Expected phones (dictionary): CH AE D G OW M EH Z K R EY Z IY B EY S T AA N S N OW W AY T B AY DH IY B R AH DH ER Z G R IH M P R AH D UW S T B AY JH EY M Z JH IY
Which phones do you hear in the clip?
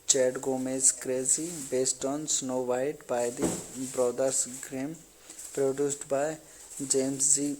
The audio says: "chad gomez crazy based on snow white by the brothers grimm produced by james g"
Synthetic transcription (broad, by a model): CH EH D G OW M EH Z K R EY Z IY B EY S T AA N S N OW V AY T B AY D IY B R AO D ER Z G R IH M P R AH D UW S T B AY JH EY M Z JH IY